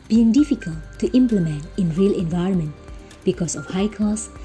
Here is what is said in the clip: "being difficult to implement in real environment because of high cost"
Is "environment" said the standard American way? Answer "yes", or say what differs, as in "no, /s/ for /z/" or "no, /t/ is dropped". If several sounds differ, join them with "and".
yes